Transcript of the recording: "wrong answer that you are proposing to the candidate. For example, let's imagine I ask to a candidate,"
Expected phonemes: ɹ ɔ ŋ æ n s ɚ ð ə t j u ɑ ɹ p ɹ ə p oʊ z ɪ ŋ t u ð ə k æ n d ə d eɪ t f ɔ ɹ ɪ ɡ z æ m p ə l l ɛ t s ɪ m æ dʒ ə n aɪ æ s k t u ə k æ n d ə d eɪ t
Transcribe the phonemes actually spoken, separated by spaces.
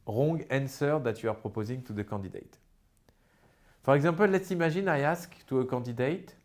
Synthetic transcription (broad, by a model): ɹ ɔ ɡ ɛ n s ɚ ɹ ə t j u ɑ ɹ p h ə p oʊ z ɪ ŋ t u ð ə k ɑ d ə d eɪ t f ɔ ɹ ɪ ɡ z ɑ p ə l l ɛ t s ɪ m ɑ ʒ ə n aɪ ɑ s k t u ə k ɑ d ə d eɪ t